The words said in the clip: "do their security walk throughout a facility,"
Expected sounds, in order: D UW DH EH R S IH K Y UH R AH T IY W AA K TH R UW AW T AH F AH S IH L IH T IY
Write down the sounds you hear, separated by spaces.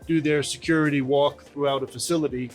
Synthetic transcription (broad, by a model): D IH DH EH R S IH K Y UH R AH T IY W AA K TH R UW AW T AH F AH S IH L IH T IY